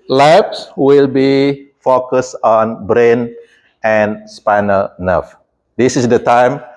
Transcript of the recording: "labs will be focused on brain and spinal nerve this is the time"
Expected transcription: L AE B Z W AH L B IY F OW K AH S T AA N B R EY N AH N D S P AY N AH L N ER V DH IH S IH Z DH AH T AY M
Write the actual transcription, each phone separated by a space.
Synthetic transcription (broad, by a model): L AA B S W AH L B IY F OW K AH S T AA N B R EY N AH N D S P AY N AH N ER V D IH S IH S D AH T AY M